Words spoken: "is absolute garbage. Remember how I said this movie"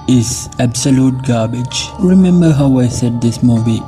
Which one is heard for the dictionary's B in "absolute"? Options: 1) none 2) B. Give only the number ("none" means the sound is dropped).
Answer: 2